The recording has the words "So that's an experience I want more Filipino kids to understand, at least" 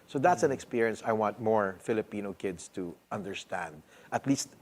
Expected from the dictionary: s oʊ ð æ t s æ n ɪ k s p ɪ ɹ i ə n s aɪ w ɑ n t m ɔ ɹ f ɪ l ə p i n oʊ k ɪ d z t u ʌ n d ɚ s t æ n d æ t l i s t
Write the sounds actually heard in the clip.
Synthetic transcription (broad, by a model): s oʊ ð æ t s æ n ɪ k s p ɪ ɹ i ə n s aɪ w ɑ n t m ɔ ɹ f ɪ l ə p i n oʊ k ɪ d s t u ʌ n d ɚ s t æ n d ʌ t l i s t